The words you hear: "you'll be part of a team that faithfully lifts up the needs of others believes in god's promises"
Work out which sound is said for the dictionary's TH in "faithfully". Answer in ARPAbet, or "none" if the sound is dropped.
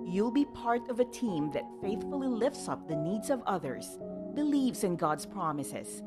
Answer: TH